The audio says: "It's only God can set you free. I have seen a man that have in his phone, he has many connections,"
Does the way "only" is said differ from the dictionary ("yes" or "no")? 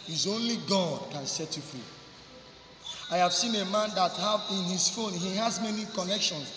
no